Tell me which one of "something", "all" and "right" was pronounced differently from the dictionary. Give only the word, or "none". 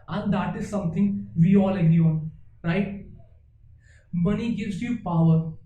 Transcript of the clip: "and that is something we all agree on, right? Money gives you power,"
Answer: something